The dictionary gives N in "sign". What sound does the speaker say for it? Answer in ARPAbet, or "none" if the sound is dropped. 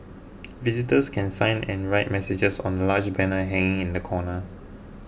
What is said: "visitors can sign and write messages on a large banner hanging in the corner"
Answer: N